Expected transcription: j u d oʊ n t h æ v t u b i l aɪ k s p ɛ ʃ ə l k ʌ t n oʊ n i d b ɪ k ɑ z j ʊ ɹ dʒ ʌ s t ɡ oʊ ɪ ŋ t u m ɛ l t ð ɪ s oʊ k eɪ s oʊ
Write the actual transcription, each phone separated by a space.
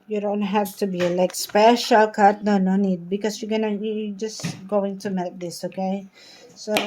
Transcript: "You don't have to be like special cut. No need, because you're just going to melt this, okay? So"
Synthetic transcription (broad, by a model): j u d oʊ n t h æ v t u b i l aɪ k s p ɛ ʃ ə l k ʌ t n oʊ n i d b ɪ k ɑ s j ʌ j dʒ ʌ s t ɡ oʊ ɪ ŋ t u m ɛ t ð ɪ s oʊ k eɪ s oʊ